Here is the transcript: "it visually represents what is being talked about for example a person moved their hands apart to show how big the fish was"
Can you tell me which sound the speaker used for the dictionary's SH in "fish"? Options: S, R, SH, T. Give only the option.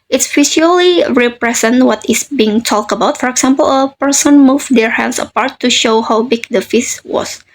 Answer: S